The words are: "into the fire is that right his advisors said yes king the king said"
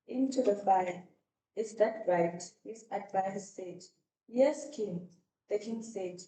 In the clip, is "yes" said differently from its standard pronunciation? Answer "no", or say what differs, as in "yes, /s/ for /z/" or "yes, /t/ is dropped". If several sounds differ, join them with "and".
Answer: no